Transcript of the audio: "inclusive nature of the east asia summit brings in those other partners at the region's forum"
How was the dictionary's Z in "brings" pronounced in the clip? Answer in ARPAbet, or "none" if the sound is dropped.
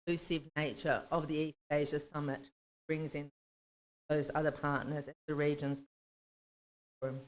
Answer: Z